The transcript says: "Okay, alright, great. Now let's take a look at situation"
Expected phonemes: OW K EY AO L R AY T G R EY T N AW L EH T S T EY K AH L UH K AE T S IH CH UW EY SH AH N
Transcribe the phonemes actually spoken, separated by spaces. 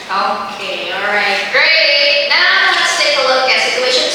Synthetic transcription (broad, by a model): OW K EY AO L R AY T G R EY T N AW N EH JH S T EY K AH L UH K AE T S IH CH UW EY SH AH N